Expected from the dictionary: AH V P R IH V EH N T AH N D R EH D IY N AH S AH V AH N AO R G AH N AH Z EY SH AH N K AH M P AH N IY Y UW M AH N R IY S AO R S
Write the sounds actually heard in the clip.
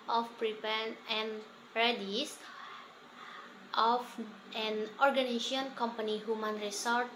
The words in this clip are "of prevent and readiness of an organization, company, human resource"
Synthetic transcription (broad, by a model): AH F P R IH P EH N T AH N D R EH D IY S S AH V AH N AO R G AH N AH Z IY AH N K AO M P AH N IY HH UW M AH N R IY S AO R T